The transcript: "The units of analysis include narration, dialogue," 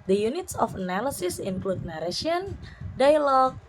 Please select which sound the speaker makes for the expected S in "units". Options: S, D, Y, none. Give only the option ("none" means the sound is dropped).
S